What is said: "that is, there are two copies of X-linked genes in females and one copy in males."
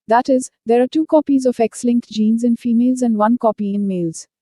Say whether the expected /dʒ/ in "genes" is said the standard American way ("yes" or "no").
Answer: yes